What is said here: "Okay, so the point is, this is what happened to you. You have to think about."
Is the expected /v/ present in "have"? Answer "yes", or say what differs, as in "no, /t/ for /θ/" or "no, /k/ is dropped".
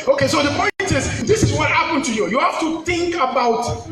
no, /f/ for /v/